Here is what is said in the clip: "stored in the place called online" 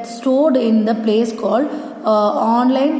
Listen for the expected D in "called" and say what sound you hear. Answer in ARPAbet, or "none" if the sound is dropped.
none